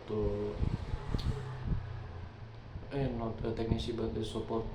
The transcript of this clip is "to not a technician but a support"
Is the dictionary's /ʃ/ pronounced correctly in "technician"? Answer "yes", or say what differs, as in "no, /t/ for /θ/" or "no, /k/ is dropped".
no, /s/ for /ʃ/